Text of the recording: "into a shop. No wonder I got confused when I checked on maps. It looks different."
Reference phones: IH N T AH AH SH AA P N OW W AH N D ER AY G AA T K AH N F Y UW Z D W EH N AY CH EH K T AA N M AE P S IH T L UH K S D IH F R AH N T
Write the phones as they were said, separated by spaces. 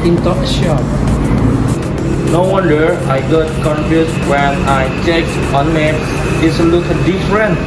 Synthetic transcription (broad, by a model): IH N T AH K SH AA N N OW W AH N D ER AY G AA T K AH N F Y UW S W EH N AY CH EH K AA N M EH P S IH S L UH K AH D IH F R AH N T